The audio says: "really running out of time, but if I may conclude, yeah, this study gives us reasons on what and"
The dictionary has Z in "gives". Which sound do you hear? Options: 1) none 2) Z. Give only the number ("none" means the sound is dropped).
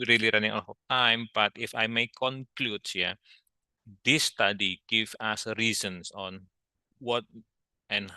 1